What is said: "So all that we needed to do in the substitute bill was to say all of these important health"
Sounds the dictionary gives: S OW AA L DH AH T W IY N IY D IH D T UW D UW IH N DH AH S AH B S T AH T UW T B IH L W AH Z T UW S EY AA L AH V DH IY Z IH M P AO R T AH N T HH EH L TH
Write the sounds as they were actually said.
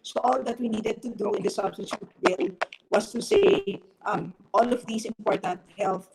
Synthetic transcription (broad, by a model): S OW AA L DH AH T W IY N IY D IH D T UW D UW IH N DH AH S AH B S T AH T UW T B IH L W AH S T UW S EY AA L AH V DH IY S IH M P AO R T AH N T HH EH L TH